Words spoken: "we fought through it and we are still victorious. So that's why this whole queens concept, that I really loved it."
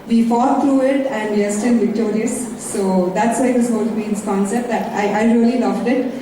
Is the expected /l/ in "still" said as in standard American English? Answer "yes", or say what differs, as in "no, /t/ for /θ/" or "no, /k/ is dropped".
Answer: no, /n/ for /l/